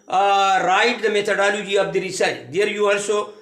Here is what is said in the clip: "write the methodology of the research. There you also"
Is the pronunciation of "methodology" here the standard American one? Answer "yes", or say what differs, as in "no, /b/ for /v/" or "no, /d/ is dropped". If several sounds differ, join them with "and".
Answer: no, /t/ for /θ/